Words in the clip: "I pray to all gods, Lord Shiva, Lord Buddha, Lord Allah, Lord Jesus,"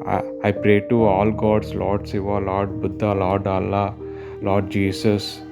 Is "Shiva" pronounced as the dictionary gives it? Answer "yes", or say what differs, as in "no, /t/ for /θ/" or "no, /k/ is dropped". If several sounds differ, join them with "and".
no, /s/ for /ʃ/